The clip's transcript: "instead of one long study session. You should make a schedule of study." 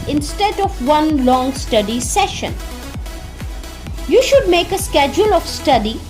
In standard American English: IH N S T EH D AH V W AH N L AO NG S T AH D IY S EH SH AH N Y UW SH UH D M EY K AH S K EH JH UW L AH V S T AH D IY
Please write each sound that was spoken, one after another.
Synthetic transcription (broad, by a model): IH N S T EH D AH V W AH N L AO NG S T AH D IY S EH SH AH N Y UW SH UH D M EY K AH S K EH JH UW L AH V S T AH D IY